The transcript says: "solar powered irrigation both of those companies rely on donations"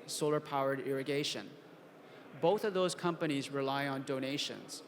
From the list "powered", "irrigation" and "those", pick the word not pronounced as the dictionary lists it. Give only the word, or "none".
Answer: none